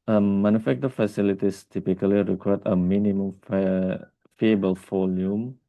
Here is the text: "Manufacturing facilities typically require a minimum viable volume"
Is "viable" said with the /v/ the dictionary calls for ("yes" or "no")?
no